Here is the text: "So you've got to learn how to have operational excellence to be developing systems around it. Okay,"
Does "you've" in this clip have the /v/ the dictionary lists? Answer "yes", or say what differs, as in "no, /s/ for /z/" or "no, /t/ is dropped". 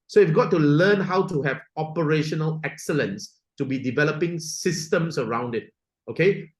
no, /f/ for /v/